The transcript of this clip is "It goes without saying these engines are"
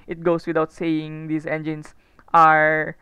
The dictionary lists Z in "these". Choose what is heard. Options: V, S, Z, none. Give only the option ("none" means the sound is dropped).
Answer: S